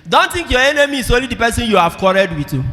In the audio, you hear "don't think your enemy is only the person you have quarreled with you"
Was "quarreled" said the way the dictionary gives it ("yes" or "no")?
no